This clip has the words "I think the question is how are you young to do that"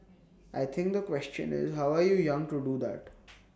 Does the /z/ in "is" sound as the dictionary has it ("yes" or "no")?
yes